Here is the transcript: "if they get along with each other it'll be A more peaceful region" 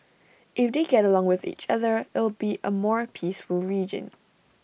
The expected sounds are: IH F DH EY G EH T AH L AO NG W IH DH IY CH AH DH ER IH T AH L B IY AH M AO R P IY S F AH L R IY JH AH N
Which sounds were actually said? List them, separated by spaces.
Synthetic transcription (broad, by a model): IH F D EY G EH T AH L AO NG W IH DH IY CH AH DH ER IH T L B IY AH M AO R P IY S F AH L R IY JH AH N